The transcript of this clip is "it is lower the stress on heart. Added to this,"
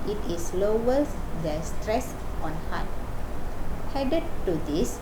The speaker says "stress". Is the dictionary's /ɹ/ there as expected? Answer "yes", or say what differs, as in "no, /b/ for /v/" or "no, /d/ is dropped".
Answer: yes